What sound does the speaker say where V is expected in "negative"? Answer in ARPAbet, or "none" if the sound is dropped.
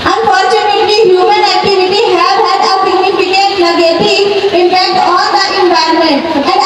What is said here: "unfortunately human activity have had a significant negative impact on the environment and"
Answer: none